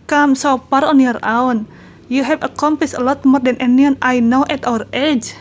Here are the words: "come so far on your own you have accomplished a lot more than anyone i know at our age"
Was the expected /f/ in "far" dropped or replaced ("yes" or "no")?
yes